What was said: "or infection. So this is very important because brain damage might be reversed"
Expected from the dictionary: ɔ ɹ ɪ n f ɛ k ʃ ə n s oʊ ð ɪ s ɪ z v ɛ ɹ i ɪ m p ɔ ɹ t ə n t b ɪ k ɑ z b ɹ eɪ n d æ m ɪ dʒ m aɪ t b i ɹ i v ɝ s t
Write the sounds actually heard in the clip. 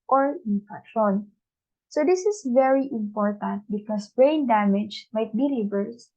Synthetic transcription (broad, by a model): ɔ ɹ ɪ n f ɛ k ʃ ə n s oʊ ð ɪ s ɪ s v ɛ ɹ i ɪ m p ɔ ɹ t ə n t b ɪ k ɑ s b ɹ eɪ n d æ m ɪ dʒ m aɪ t b i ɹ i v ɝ s